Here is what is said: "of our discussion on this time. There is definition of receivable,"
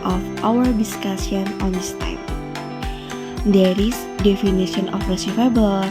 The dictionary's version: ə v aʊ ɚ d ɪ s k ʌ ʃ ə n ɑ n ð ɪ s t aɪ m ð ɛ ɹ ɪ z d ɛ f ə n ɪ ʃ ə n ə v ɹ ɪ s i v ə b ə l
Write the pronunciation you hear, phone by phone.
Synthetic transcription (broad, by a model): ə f aʊ ɚ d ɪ s k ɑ s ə n ɑ n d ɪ s t aɪ m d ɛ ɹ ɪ s d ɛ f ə n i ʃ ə n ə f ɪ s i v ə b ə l